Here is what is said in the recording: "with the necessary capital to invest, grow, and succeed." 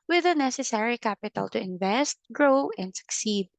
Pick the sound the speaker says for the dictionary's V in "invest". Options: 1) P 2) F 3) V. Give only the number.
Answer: 3